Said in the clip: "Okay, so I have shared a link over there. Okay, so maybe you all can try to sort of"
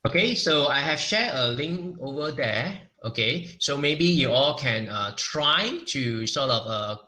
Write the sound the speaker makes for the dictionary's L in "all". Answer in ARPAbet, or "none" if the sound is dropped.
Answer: L